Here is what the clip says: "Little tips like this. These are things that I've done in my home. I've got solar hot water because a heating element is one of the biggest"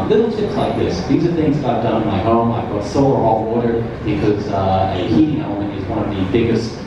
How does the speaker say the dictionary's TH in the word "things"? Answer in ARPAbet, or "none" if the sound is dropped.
TH